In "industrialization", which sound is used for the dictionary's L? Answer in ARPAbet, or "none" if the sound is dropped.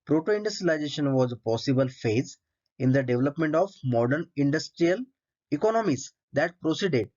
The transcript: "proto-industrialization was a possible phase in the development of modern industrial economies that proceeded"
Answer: none